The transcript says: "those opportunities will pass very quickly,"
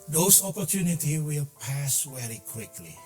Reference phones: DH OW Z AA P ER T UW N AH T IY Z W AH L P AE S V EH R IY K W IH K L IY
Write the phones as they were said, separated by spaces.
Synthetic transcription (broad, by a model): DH OW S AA P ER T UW N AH T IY W AH L P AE S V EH R IY K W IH K L IY